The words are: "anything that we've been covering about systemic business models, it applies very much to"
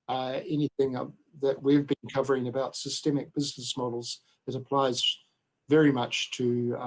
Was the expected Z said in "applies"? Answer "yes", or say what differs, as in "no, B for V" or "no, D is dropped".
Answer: yes